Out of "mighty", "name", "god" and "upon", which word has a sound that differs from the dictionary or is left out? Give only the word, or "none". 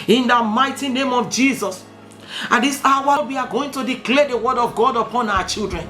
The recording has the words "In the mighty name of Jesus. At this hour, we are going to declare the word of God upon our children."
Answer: none